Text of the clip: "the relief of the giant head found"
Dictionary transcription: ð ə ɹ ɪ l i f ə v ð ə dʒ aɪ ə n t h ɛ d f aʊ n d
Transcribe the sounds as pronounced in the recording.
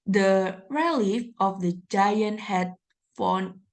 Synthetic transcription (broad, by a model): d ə ɹ ɪ l i f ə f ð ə dʒ aɪ ə n t h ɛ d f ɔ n